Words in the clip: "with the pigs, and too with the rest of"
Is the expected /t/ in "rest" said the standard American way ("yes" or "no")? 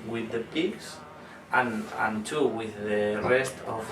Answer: yes